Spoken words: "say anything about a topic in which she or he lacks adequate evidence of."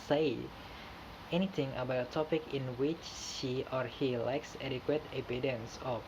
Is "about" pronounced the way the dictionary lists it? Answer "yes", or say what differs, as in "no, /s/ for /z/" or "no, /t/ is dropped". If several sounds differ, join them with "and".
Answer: no, /t/ is dropped